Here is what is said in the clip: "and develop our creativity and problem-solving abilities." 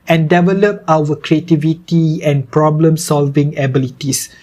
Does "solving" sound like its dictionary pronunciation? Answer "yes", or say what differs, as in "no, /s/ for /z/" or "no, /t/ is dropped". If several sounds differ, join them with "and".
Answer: yes